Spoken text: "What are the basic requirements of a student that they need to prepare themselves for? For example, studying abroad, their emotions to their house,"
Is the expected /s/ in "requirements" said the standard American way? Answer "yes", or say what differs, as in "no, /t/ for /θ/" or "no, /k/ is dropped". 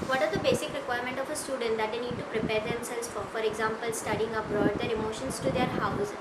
no, /s/ is dropped